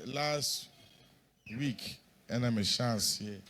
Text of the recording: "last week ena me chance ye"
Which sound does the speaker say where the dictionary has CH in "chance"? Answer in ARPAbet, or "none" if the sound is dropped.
SH